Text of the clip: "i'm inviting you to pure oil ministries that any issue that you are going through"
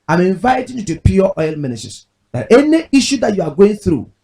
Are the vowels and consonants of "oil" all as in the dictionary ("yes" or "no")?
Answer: yes